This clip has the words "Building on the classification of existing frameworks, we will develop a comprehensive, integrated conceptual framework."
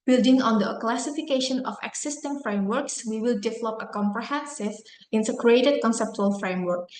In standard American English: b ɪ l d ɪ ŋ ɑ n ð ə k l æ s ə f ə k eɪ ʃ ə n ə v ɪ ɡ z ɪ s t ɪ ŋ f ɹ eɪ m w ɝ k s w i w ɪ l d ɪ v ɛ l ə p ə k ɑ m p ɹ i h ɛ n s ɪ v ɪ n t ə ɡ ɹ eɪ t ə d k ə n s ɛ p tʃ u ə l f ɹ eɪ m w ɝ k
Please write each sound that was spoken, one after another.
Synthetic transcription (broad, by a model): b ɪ l d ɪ ŋ ɑ n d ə k l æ s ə f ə k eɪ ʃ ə n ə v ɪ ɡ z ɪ s t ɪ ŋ f ɹ eɪ m w ɝ k s w i w ɪ l d ɪ v ɛ l ə p ə k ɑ m p ɹ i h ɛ n s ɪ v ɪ n s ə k ɹ eɪ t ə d k ə n s ɛ p tʃ u ə l f ɹ eɪ m w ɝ k